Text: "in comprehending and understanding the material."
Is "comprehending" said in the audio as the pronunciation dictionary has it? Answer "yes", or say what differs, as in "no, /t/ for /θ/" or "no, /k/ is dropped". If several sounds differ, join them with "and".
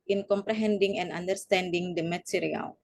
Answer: yes